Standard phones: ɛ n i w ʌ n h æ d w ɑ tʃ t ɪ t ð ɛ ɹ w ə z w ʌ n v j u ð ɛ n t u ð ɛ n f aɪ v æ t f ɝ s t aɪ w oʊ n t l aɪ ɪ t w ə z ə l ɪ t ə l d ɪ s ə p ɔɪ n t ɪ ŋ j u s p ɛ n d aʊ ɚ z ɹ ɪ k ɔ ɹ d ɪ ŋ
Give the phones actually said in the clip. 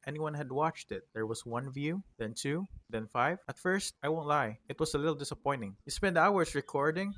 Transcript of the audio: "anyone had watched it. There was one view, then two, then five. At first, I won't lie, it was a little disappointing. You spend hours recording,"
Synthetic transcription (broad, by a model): ɛ n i w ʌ n h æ d w ɑ tʃ t ɪ t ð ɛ ɹ w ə s w ʌ n v j u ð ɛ n t u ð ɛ n f aɪ v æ t f ɝ s t aɪ w oʊ n t l aɪ ɪ t w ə s ə l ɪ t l d ɪ s ə p ɔɪ n t ɪ ŋ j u s p ɛ n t aʊ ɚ s ɹ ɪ k ɔ ɹ d ɪ ŋ